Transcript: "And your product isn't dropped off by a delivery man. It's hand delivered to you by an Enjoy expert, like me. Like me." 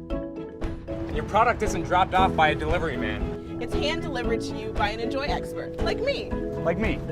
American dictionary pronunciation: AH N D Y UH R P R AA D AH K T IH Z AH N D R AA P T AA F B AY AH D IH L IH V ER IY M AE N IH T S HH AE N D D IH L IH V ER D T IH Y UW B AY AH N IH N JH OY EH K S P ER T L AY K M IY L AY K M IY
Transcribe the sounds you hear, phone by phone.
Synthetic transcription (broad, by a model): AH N Y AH R P R AA D AH K T IH Z AH N D R AA P T AA F B AY AH D IH L IH V ER IY M AE N IH T S HH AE N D D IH L IH V ER D T IH Y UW B AY AH N IH N JH OY EH K S P ER T L AY K M IY L AY K M IY